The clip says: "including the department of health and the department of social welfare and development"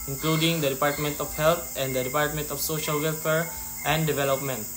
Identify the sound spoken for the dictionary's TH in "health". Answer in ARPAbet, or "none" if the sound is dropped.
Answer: T